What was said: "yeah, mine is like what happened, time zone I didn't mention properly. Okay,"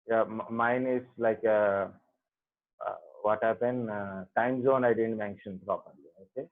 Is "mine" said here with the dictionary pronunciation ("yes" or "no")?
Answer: yes